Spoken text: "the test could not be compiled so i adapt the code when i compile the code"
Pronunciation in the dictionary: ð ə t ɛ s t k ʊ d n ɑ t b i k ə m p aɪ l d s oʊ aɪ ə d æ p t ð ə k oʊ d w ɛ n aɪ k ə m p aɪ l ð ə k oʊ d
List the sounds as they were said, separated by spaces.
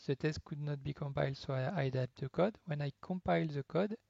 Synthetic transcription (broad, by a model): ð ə t ɛ s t k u d n ɑ t b i k ə m p aɪ l d s oʊ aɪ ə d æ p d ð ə k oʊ d w ɛ n aɪ k ə m p aɪ l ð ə k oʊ d